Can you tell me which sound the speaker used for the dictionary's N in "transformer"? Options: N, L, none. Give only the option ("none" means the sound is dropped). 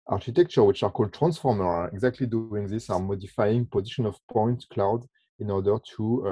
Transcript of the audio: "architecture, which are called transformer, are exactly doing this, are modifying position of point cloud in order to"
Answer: N